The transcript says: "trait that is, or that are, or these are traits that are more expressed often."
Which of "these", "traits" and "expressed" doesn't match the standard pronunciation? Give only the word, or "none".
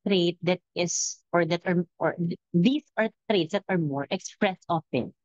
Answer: these